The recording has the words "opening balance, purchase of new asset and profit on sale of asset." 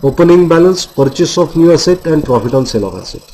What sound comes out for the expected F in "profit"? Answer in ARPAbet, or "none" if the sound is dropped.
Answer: P